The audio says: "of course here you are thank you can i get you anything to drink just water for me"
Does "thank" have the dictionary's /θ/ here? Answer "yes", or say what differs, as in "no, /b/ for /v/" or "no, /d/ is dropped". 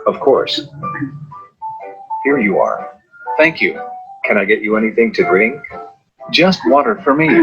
yes